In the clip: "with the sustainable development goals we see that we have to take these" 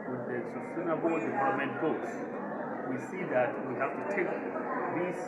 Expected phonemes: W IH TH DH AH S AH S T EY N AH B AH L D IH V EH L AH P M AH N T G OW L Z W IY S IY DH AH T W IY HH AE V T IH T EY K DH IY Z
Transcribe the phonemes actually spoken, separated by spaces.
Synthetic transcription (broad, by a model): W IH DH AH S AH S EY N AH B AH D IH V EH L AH M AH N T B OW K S W IY S IY DH AH T W IY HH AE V T IH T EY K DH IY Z